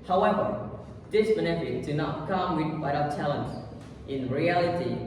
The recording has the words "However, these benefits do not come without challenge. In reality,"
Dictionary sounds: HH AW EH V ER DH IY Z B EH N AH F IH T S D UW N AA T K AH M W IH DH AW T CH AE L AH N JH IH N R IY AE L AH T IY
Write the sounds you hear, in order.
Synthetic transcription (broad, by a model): HH AW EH V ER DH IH S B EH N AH F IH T D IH N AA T K AH M W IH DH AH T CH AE L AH N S IH N R IY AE L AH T IY